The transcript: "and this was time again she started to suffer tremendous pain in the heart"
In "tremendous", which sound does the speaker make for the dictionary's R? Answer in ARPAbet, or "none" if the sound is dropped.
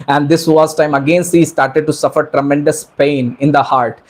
R